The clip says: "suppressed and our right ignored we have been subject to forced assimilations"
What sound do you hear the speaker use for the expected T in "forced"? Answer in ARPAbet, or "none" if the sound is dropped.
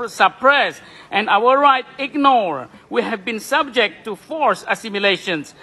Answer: none